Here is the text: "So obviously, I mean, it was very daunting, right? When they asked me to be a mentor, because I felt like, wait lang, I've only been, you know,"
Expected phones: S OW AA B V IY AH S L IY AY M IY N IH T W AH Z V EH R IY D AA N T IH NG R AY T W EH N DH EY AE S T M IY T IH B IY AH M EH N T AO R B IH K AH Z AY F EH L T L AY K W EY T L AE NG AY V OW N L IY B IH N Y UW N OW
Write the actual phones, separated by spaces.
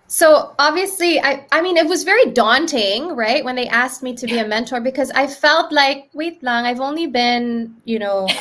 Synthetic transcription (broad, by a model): S OW AA B V IY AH S L IY AY M IY N IH T W AH Z V EH R IY D AA N T IH NG R AY T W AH N DH EY AE S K M IY T IH B IY AH M EH N T AO R B IH K AH Z AY F EH L T L AY K W EY T L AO NG AY V OW N L IY B IH N Y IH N OW